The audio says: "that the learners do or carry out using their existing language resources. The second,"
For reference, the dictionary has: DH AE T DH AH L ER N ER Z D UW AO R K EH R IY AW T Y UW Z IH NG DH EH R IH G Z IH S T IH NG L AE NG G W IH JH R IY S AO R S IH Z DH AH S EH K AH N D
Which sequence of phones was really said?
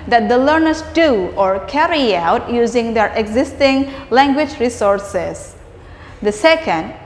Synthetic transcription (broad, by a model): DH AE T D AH L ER N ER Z D UW AO R K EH R IY AW T Y UW Z IH NG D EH R IH G Z IH S T IH NG L AE NG G W IH JH R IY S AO R S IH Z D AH S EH K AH N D